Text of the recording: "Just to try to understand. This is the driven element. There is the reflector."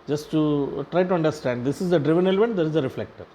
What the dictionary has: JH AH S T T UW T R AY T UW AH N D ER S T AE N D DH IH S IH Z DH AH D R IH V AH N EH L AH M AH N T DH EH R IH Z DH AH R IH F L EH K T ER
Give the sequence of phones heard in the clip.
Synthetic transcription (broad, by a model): JH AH S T T UW T R AY T UW AH N D ER S T AE N D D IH S IH Z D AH D R IH V AH N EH L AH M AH N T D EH R IH Z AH R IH F L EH K T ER